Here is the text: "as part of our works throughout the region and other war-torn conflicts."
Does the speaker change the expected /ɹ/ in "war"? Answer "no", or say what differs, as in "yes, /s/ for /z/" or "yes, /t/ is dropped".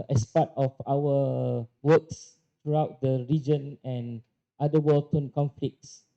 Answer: yes, /l/ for /ɹ/